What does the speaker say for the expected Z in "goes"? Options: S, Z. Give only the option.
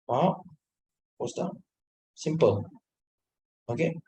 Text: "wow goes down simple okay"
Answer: S